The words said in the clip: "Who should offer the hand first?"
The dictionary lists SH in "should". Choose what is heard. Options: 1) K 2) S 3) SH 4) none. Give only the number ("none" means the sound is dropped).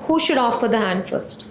3